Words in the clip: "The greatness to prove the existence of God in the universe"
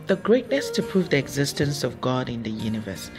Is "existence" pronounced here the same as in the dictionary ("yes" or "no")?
yes